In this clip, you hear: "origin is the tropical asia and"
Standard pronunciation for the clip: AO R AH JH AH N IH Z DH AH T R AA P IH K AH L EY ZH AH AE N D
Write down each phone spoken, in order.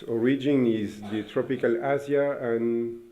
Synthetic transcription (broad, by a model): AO R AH JH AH N IH Z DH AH T R AA P IH K AH L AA Z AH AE N